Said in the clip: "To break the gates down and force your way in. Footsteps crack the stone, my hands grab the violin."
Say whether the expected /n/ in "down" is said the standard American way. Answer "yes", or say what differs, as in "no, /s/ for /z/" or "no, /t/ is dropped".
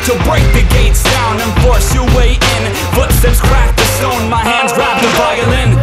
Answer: yes